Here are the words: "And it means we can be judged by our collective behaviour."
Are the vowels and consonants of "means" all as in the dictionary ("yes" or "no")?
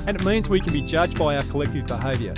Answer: yes